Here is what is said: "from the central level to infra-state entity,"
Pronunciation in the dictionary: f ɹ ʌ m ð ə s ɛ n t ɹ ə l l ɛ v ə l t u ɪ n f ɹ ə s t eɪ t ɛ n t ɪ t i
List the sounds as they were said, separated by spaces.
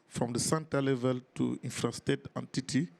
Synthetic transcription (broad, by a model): f ɹ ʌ m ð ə s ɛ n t ə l l ɛ v ə l t u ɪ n f ɹ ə s t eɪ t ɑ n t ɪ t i